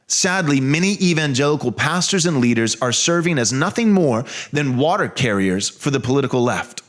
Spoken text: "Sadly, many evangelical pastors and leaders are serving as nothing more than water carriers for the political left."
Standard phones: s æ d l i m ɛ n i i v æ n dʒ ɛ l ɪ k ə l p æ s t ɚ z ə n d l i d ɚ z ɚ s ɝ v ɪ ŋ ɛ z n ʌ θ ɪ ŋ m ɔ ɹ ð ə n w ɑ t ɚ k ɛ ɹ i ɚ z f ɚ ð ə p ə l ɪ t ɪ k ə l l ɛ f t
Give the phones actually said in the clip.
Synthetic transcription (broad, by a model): s æ d l i m ɛ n i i v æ n dʒ ɛ l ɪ k l p æ s t ɚ z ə n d l i d ɚ z ɚ s ɝ v ɪ ŋ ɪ z n ʌ θ ɪ ŋ m ɔ ɹ ð ə n w ɑ t ɚ k ɛ ɹ i ɚ z f ɚ ð ə p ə l ɪ t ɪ k l l ɛ f t